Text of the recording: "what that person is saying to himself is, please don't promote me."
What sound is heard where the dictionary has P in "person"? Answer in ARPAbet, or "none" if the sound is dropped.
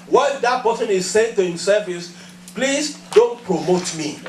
B